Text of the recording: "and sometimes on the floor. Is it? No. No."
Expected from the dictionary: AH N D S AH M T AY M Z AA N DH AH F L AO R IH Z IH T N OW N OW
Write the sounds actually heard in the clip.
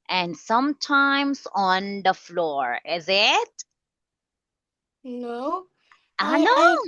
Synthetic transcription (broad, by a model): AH N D S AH M T AY M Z AA N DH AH F L AO R IH Z IH T N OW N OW